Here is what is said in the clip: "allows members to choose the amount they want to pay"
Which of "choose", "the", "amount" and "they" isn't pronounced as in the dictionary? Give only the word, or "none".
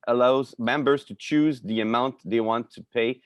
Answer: none